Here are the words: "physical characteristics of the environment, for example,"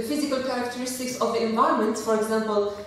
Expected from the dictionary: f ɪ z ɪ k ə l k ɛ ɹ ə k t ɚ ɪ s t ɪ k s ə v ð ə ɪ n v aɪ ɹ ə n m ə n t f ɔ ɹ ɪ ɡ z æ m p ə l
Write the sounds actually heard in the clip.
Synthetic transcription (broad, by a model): f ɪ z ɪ k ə l k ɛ ɹ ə k t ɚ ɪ s t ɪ k s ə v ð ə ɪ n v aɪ ə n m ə n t f ɔ ɹ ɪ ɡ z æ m p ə l